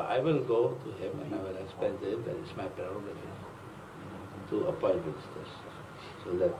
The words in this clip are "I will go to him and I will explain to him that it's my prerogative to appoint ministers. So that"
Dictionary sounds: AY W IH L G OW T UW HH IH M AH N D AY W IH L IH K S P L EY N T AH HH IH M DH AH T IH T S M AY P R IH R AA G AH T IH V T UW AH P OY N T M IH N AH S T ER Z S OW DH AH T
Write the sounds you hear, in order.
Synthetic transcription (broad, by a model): AY W IH L G OW T UW HH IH M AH N AY W IH L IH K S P EY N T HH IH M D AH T IH T S M AY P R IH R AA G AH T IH T UW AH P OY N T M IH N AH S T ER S S OW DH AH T